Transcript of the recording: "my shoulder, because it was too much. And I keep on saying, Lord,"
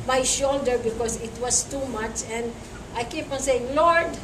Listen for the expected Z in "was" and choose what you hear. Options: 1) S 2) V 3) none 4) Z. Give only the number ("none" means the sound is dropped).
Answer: 1